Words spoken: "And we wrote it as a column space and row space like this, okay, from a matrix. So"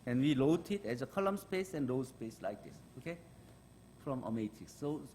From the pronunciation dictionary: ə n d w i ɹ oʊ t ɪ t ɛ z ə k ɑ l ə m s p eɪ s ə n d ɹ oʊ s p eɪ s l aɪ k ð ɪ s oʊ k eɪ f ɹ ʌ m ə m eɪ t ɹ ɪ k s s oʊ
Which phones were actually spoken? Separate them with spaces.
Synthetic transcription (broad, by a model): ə n w i l oʊ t ɪ t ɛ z ə k ɑ l ə m s p eɪ s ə n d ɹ oʊ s p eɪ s l aɪ k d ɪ s oʊ k eɪ f ɹ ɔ m ə m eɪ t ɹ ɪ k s s oʊ